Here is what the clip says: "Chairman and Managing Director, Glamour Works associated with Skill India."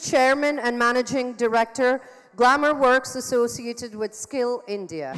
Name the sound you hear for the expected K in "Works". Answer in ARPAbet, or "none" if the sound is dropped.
K